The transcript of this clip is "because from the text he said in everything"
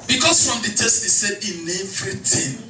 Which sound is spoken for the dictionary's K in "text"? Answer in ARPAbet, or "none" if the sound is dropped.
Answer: none